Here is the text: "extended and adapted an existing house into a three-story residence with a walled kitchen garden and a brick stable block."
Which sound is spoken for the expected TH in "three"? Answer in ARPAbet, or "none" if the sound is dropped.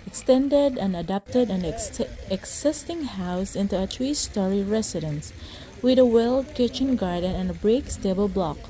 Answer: T